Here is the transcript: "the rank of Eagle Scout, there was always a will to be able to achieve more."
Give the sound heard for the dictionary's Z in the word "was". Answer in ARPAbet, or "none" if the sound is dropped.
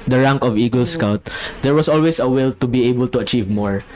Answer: S